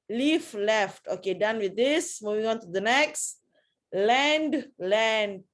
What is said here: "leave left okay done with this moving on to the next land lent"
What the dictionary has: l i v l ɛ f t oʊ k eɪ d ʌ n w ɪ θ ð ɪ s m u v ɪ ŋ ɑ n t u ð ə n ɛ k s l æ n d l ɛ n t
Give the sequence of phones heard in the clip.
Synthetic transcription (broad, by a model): l i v l ɛ f t oʊ k eɪ d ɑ n w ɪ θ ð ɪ s m u v ɪ ŋ ɑ n t u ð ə n ɛ k s l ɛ n d l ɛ n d